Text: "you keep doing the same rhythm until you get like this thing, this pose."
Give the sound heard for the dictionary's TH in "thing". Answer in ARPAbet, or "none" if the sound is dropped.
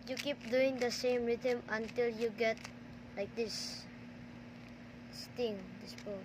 T